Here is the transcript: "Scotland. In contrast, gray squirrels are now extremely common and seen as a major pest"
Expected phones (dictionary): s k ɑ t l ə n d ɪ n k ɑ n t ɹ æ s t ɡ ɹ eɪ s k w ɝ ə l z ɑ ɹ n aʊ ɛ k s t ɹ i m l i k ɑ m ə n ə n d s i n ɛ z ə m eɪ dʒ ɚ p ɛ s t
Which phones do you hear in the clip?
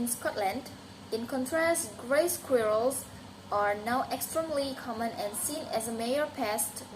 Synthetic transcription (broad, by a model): s k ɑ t l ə n d ɪ n k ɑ n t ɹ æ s ɡ ɹ eɪ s k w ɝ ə l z ɑ ɹ n aʊ ɛ k s t ɹ i m l i k ɑ m ə n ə n s i n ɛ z ə m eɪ ɚ p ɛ s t